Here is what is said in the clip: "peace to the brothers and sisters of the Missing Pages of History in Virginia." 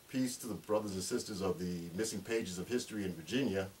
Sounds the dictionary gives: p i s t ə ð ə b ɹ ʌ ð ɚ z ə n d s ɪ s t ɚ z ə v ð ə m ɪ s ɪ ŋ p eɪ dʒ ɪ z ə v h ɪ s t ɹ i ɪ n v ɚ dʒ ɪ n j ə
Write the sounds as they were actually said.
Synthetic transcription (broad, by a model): p i s t ə ð ə b ɹ ʌ ð ɚ z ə n s ɪ s t ɚ z ə v ð ə m ɪ s ɪ ŋ p eɪ dʒ ɪ z ə v h ɪ s t ɹ i ɪ n v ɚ dʒ ɪ n j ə